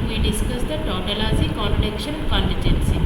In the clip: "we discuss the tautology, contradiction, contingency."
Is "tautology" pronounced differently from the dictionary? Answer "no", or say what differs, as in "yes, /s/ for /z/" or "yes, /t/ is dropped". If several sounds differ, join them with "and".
yes, /z/ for /dʒ/